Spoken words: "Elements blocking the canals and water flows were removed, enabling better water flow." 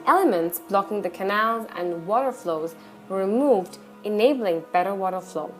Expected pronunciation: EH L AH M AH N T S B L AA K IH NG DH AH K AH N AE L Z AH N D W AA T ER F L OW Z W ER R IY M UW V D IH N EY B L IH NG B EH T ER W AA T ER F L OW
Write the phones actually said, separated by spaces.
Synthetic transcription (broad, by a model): EH L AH M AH N T S B L AA K IH NG DH AH K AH N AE L Z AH N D W AA T ER F L OW Z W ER R IY M UW V D IH N EY B L IH NG B EH T ER W AA T ER F L OW